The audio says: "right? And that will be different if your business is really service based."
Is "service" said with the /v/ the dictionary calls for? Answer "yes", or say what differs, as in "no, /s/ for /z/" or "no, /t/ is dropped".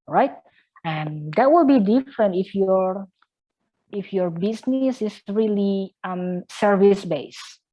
yes